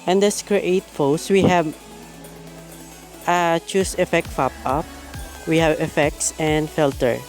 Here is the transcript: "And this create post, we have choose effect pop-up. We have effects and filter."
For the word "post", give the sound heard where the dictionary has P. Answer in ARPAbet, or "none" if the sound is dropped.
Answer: F